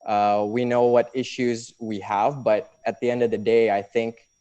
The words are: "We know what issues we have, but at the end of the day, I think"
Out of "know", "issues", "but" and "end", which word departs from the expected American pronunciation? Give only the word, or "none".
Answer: none